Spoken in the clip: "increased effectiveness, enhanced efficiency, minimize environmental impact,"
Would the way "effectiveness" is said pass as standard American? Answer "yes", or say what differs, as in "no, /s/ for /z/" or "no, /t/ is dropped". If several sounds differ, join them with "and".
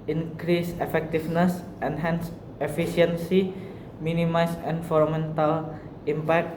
no, /f/ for /v/